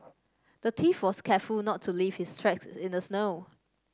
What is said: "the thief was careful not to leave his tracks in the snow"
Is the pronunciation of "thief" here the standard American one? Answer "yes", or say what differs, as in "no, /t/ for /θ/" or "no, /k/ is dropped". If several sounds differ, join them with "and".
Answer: no, /t/ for /θ/